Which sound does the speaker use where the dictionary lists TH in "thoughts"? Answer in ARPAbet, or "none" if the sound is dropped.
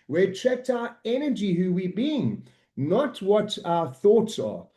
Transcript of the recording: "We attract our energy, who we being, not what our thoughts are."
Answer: TH